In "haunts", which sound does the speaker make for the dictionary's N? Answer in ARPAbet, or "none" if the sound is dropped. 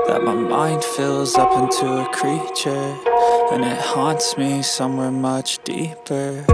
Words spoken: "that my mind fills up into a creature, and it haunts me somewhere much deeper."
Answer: N